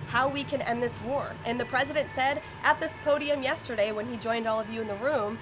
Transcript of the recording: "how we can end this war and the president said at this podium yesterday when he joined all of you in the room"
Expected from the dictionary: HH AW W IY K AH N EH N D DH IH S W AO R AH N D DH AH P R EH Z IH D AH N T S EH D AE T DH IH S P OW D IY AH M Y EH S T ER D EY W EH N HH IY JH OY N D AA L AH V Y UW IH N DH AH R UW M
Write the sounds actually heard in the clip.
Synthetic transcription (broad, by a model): HH AW W IY K AH N EH N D DH IH S W AO R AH N DH AH P R EH Z IH D AH N T S EH D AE T DH IH S P OW D IY AH M Y EH S T ER D EY W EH N IY JH OY N D AA L AH V Y UW IH N DH AH R UW M